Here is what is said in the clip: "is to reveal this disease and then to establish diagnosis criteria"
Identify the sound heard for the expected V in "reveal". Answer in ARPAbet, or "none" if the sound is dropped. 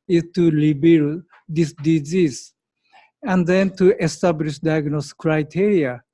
B